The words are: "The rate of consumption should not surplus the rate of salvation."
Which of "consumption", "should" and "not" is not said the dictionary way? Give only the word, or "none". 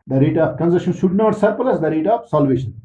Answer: consumption